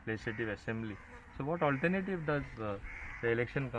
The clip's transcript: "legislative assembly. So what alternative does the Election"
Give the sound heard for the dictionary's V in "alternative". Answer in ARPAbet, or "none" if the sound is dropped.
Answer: V